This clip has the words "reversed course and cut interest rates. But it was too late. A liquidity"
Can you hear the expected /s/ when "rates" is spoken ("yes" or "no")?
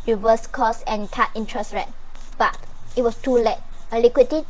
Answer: no